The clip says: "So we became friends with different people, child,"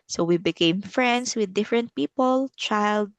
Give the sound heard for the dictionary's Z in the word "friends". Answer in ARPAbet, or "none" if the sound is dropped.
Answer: S